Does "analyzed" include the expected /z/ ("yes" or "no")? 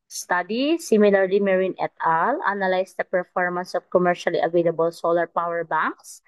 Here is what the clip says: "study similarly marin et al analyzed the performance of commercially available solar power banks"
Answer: no